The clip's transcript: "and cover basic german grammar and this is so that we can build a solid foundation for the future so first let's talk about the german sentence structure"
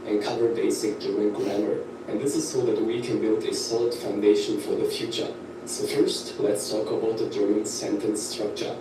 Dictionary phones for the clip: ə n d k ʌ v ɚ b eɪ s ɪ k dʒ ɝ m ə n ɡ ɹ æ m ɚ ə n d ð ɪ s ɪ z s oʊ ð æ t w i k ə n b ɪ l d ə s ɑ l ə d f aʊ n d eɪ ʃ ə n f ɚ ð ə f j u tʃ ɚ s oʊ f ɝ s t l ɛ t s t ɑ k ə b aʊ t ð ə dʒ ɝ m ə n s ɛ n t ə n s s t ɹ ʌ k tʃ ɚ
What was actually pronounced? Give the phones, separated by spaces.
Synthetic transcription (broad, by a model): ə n k ʌ v ɚ b eɪ s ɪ k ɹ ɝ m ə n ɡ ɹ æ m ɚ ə n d ð ɪ s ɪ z s oʊ ð æ t w i k ə n b ɪ l d ə s ɑ l ə d f aʊ n d eɪ ʃ ə n f ɚ ð ə f j u tʃ ɚ s oʊ f ɝ s t l ɛ t s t ɑ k ə b aʊ t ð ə dʒ ɝ m ə n s ɛ n t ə n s s t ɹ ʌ k tʃ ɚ